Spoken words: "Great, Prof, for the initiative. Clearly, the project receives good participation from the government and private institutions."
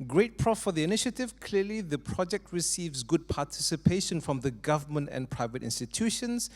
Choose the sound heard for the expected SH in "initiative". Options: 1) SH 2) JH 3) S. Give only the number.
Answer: 1